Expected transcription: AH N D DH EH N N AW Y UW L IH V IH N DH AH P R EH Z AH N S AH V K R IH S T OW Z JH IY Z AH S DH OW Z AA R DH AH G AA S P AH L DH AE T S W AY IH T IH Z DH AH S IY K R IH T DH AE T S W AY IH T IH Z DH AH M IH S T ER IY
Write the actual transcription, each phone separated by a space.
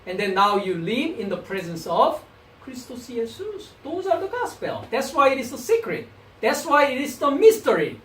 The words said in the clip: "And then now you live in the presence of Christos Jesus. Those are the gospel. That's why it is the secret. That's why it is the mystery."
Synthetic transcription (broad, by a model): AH N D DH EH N N AW Y UW L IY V IH N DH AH P R EH Z AH N S AH V K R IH S T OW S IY S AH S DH OW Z AA R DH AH G AA S P AH L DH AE T S W AY IH T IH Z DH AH S IY K R IH T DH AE T S W AY IH T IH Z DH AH M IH S T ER IY